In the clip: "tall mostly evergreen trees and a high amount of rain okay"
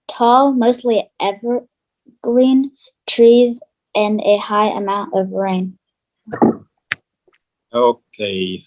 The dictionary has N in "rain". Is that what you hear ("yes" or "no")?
yes